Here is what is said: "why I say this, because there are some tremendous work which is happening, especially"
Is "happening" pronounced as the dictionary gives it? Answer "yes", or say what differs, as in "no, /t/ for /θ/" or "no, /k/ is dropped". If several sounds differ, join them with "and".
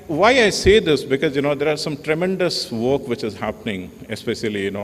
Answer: yes